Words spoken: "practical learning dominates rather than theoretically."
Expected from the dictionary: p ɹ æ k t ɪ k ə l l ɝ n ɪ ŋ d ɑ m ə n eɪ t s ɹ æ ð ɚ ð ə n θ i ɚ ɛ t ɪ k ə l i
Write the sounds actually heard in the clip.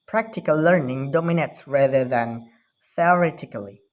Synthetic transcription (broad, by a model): p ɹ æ k t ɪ k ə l l ɝ n ɪ ŋ d ɑ m ə n eɪ t s ɹ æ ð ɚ ð ə n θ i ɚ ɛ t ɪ k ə l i